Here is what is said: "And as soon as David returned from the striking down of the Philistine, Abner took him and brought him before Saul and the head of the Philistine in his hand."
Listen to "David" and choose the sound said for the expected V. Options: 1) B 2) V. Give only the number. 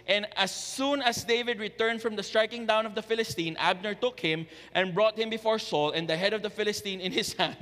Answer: 2